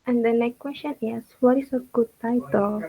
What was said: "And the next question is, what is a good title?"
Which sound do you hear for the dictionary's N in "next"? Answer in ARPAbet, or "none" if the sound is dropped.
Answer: L